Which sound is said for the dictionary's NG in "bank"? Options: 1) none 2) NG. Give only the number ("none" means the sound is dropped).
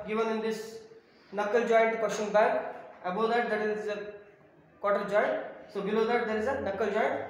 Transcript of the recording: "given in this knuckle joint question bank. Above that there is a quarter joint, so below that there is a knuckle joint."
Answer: 1